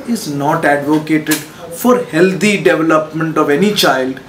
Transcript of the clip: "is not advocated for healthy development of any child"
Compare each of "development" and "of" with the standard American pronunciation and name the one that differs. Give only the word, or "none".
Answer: none